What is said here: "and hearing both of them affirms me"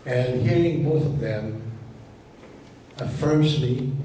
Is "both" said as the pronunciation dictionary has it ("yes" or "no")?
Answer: yes